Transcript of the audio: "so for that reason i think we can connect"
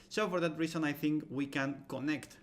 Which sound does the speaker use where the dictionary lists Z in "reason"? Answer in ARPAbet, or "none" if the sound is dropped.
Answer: S